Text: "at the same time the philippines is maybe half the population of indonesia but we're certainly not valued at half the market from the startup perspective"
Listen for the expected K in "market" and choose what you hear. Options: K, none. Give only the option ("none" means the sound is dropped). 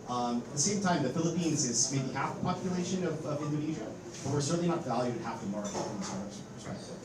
none